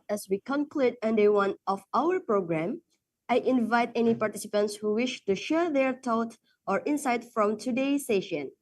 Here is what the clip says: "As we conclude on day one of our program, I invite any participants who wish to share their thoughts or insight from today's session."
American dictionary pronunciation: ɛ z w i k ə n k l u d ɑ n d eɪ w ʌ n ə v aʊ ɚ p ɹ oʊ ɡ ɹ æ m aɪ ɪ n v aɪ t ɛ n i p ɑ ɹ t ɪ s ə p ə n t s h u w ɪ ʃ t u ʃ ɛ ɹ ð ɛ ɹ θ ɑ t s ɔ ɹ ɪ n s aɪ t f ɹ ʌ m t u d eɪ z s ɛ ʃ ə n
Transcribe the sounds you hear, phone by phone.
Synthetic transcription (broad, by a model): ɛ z w i k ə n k l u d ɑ n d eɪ w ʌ n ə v aʊ ɚ p ɹ oʊ ɡ ɹ æ m aɪ ɪ n v aɪ t ɛ n i p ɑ ɹ t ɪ s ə p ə n t s h u w ɪ ʃ t u ʃ ɛ ɹ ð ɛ ɹ t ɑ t ɔ ɹ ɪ n s aɪ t f ɹ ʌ m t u d eɪ s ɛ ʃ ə n